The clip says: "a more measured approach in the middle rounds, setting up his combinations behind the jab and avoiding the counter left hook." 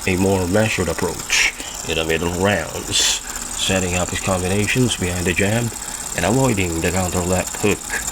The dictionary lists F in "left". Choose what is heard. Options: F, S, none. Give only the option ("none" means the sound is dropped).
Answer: none